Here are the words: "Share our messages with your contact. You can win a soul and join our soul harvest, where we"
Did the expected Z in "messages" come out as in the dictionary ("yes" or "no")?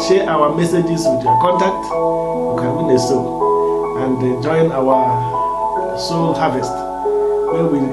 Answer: no